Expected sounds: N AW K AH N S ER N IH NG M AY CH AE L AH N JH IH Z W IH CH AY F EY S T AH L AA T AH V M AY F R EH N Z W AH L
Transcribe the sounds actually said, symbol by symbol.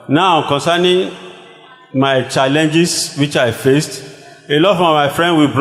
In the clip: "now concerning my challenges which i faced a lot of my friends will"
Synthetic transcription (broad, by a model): N AW K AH N S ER N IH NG M AY CH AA L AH N JH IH S W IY CH AY F EY S T AH L AA T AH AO M AY F R EH N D W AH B